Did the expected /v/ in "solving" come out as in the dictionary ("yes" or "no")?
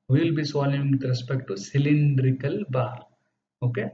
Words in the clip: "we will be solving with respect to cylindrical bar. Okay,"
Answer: no